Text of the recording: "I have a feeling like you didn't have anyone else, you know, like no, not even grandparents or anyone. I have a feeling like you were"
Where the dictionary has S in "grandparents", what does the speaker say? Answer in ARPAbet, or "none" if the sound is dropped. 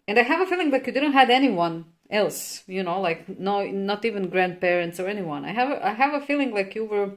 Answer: S